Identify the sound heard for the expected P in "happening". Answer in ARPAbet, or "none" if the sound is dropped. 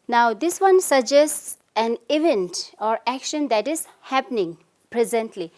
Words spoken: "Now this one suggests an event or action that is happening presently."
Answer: P